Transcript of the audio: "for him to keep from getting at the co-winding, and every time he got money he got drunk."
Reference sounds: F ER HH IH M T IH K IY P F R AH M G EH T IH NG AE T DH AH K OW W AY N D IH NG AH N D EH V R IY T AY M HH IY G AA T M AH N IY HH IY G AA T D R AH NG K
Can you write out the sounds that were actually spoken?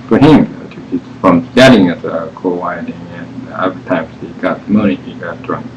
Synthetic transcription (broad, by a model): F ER HH IH M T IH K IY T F R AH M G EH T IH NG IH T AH K OW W AY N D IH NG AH N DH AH R T AY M HH IY G AA T M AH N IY HH IY G AA T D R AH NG